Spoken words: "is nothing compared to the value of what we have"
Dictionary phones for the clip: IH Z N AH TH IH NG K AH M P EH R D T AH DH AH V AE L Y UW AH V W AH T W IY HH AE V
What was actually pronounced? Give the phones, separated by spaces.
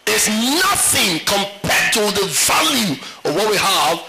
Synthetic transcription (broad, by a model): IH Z N AH TH IH NG K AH M P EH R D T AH DH AH V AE L Y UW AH W AH T W IY HH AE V